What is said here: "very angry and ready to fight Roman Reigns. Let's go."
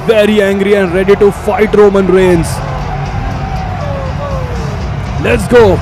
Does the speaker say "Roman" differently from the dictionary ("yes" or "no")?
no